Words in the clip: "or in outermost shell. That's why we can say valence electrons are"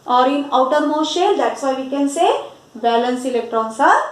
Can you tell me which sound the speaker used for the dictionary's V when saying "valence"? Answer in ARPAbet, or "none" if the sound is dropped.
B